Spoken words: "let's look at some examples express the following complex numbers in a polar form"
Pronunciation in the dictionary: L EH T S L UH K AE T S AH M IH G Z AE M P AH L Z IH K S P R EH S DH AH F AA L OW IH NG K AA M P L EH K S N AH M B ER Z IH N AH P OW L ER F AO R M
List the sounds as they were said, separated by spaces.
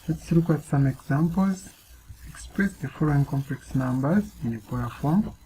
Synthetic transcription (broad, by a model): L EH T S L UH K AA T S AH M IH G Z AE M P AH L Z IH K S P R EH S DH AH F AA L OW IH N K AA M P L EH K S N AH M B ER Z IH N AH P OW ER F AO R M